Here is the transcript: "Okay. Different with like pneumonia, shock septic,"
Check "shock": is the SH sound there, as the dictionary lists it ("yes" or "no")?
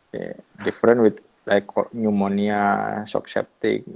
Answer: no